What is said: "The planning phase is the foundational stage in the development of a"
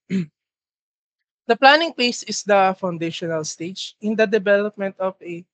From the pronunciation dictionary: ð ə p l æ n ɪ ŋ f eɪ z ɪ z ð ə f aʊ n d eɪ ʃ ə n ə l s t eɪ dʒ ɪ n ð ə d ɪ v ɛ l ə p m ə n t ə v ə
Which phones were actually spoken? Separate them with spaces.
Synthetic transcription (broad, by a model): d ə p l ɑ n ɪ ŋ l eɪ s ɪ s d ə f aʊ n d eɪ ʃ ə n ə l s t eɪ dʒ ɪ n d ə d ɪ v ɛ l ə p m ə n t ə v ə